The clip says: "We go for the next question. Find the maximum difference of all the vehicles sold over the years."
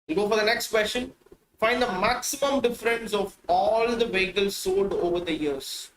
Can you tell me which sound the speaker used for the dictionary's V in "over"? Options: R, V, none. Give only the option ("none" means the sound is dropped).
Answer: V